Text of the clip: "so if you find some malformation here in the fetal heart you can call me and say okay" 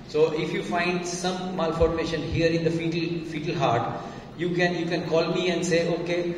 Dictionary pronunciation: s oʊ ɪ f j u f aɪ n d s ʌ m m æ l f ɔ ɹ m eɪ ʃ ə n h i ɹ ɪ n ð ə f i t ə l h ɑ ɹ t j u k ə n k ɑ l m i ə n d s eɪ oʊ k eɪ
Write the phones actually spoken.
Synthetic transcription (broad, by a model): s oʊ ɪ f j u f aɪ n d s ʌ m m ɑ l f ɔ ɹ m eɪ ʃ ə n h i ɹ ɪ n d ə f i t ə l h ɑ ɹ t j u k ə n k ɑ l m i ə n d s eɪ oʊ k eɪ